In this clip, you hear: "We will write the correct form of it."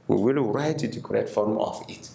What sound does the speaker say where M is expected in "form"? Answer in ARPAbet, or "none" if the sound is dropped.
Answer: M